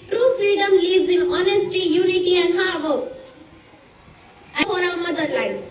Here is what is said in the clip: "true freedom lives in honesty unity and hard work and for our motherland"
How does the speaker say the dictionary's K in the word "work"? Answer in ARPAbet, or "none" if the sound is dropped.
none